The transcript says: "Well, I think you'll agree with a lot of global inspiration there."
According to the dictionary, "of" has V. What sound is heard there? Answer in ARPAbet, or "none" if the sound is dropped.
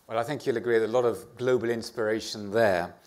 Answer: V